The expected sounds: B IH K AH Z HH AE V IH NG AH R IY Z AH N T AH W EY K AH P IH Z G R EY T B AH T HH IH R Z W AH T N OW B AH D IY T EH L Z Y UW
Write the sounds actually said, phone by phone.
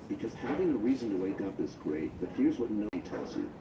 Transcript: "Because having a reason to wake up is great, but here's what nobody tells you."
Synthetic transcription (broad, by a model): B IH K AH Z HH AE V IH NG AH R IY Z AH N T AH W EY K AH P IH S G R EY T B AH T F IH R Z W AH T N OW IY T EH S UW